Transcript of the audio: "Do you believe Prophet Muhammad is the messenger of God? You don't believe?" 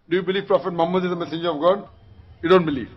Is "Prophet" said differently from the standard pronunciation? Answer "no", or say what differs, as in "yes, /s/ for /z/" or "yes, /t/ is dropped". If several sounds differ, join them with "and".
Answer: no